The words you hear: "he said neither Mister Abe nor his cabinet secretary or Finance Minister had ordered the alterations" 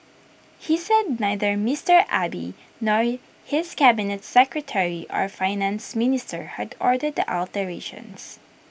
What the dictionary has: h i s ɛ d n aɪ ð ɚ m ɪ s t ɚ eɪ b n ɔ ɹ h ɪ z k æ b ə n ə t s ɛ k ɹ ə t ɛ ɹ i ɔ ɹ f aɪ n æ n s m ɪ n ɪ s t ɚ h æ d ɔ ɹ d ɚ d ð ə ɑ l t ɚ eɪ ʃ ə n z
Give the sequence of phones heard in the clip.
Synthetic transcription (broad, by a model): h i s ɛ d n aɪ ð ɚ m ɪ s t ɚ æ b n ɔ ɹ h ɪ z k æ b ə n ə t s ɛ k ɹ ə t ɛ ɹ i ɔ ɹ f aɪ n æ n s m ɪ n ɪ s t ɚ h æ d ɔ ɹ d ɚ d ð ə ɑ l t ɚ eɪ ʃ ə n s